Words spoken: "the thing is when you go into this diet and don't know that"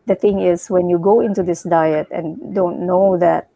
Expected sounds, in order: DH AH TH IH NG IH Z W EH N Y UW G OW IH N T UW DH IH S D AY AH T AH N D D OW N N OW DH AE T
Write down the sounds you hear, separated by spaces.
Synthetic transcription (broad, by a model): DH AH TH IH NG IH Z W EH N Y UW G OW IH N T UW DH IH S D AY AH T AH N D D OW N N OW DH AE T